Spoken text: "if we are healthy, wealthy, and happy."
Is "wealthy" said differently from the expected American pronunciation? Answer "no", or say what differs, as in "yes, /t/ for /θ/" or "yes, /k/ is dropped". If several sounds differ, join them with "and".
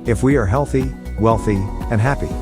no